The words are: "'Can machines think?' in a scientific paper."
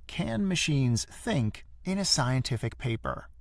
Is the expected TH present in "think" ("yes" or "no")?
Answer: yes